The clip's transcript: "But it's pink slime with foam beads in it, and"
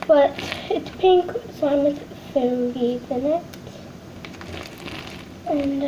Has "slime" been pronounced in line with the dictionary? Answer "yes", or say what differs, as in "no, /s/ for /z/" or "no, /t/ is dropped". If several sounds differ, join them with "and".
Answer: no, /l/ is dropped